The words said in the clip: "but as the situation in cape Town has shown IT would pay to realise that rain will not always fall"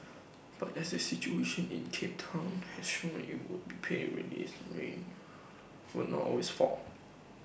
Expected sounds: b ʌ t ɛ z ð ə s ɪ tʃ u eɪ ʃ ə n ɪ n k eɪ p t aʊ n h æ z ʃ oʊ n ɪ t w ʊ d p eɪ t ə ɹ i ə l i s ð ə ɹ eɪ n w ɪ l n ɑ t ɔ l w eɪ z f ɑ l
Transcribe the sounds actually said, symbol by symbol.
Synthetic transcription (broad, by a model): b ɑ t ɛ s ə s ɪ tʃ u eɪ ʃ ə n ɪ n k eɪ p t aʊ n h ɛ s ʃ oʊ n ɪ t w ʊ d b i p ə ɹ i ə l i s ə ɹ eɪ n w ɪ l n ɑ t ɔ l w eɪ s f ɑ l